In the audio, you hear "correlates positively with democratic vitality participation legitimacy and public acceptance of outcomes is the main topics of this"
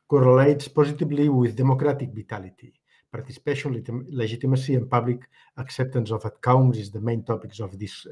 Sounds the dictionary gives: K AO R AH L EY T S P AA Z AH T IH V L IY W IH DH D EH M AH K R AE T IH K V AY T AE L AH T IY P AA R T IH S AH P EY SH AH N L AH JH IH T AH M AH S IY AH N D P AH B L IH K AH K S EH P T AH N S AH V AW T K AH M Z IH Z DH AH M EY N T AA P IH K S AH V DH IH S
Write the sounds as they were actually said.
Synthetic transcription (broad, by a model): K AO R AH L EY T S P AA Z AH T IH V L IY W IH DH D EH M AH K R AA T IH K B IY T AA L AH T IY P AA R T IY S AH P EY SH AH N L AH ZH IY T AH M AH S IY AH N P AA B L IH K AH K S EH P T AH N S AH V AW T K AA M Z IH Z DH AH M EY N T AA P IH K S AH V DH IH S